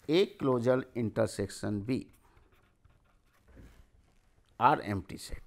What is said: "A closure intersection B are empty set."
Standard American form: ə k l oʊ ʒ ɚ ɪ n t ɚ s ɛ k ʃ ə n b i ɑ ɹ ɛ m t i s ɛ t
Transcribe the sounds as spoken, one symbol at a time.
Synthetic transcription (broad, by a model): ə k l oʊ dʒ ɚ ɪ n t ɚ s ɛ k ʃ ə n b i ɑ ɹ ɛ m t i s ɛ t